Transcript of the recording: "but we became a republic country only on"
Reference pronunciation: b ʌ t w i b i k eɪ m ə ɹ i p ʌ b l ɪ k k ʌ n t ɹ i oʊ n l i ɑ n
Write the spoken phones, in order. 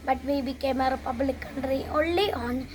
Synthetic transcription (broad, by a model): b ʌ t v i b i k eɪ m ə ɹ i p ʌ b l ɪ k k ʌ n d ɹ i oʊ l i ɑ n